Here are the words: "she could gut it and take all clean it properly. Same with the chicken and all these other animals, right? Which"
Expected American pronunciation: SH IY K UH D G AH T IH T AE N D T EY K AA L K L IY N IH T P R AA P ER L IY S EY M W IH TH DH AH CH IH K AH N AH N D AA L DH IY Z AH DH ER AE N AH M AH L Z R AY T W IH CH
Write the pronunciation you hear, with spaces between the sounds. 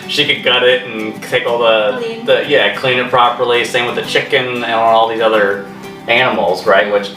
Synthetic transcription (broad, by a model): SH IY K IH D G AH T IH T N T EY K AA L K L IY N IH T P R AA P ER L IY S EY M W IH DH AH CH IH K AH N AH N AA L DH IY Z AH DH ER AE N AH M L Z R AY T W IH CH